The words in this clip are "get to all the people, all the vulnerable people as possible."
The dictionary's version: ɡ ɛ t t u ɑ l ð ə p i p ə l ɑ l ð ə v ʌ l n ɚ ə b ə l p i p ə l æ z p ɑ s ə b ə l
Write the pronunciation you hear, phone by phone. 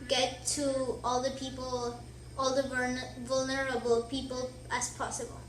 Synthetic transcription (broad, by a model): ɡ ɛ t t u ɑ l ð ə p i p ə l ɑ l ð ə v ʌ l n ɚ ə b ə l p i p ə l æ s p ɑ s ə b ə l